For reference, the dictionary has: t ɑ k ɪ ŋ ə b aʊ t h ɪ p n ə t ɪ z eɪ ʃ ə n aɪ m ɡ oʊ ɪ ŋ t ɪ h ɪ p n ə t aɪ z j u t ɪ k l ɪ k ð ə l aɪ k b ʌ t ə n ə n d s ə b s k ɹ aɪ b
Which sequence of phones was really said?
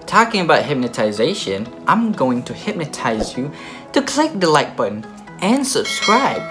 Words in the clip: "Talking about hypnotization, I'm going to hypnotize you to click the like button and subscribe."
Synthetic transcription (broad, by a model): t ɑ k ɪ ŋ ə b aʊ t h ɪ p n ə t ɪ z eɪ ʃ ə n aɪ m ɡ oʊ ɪ ŋ t ɪ h ɪ p n ə t aɪ z j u t ɪ k l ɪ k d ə l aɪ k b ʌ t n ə n s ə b s k ɹ aɪ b